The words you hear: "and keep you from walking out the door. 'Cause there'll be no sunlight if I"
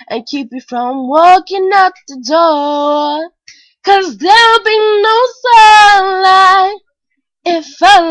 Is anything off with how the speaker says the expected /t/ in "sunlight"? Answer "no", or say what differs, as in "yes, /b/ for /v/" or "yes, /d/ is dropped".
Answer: yes, /t/ is dropped